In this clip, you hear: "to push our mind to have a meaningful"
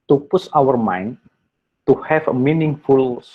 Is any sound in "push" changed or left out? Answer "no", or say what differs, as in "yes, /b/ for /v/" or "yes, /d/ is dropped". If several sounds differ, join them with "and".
yes, /s/ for /ʃ/